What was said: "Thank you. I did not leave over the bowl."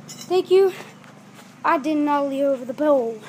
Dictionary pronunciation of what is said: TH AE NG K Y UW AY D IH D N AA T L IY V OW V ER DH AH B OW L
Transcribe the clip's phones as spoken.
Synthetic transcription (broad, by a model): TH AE NG K Y UW AY D IH D N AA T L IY OW V ER DH AH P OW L